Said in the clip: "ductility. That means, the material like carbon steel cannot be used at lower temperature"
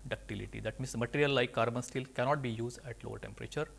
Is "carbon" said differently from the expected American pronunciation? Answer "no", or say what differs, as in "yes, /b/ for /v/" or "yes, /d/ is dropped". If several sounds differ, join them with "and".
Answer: no